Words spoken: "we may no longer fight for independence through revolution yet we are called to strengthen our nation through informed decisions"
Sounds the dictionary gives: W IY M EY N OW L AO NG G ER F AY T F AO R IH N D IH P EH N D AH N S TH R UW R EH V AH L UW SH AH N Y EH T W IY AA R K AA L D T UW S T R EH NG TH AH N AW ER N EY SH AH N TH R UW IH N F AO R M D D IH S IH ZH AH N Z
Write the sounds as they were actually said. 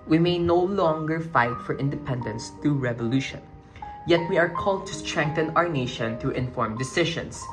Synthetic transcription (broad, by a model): W IY M EY N OW L AO NG G ER F AY T F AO R IH N D IH P EH N D AH N S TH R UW R EH V AH L UW SH AH N Y EH T W IY AA R K AA L D T UW S T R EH NG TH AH N AW ER N EY SH AH N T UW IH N F AO R M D D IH S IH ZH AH N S